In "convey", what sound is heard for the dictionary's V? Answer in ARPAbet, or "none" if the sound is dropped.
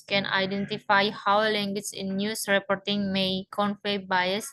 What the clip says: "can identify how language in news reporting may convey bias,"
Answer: F